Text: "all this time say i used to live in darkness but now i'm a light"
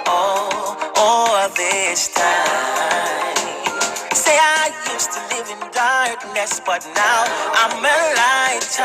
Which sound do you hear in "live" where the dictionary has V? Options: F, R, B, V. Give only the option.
V